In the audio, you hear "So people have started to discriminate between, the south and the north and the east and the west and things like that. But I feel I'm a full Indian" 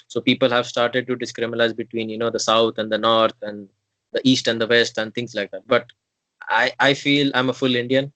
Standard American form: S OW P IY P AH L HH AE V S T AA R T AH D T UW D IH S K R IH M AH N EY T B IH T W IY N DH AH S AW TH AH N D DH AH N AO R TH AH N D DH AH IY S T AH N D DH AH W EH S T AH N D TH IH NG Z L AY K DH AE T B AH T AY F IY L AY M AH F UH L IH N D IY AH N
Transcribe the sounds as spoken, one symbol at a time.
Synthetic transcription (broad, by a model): S OW P IY P AH L HH AE V S T AA R T AH D T UW D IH S K R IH M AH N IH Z B IH T W IY N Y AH S AW T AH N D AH N AO R T AH N D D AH IY S T AH N D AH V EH S T AH N D T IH NG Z L AY K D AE T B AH T AY F IY L AY M AH F UH L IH N D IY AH N